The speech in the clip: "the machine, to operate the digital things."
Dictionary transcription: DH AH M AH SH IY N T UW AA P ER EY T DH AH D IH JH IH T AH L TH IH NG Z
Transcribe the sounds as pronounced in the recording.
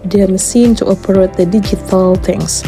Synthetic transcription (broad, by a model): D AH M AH S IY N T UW AA P ER EY T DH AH D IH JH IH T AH L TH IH NG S